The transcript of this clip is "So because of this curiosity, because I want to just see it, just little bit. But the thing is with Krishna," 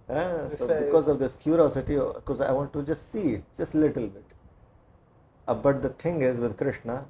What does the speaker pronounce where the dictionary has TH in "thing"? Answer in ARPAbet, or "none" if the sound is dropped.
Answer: T